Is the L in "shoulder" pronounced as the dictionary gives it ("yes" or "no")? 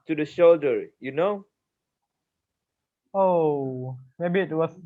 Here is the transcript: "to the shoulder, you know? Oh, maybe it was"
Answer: yes